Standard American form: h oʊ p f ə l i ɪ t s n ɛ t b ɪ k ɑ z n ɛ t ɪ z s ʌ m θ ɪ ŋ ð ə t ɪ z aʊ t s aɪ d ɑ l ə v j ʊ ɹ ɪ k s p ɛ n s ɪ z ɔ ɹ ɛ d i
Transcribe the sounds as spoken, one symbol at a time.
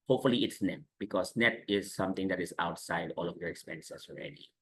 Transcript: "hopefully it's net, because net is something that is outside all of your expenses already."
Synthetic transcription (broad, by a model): h oʊ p f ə l i ɪ t s n ɛ t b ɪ k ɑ s n ɛ t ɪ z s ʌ m t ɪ ŋ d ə t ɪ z aʊ t s aɪ d ɑ l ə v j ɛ ɹ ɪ k s p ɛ n s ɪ s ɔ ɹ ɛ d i